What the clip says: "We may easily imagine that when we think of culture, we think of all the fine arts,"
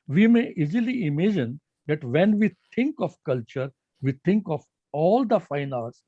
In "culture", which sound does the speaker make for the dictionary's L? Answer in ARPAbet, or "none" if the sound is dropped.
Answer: L